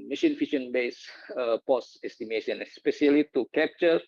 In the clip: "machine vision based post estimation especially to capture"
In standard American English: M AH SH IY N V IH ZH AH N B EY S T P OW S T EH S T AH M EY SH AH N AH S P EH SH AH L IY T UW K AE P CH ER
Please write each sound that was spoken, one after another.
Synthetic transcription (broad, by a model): M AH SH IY N F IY SH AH N B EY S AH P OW S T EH S T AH M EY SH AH N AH S P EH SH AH L IY T UW K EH P CH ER